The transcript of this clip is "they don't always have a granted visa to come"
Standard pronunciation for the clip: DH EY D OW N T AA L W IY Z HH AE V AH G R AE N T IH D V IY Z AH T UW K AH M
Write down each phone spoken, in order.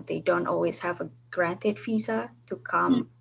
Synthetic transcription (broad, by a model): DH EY D OW N T AA L W IY Z HH AE V AH G R AE N T IH D F IY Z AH T UW K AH M